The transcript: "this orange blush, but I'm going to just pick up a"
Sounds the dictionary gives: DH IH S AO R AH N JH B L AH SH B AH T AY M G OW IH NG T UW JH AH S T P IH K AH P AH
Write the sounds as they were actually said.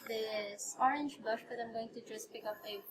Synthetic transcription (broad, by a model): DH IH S AO R AH N JH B AH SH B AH T AY M G OW IH NG T UW JH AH S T P IH K AH P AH